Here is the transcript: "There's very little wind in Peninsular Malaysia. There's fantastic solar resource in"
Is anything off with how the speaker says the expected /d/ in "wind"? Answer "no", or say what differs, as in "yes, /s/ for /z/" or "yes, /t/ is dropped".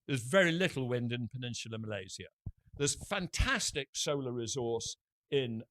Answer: no